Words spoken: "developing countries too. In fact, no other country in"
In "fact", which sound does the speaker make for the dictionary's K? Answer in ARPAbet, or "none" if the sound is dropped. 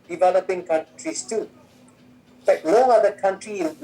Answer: none